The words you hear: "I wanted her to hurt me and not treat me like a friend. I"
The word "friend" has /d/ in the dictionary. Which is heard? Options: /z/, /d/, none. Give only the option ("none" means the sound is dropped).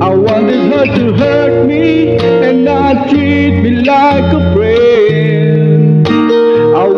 none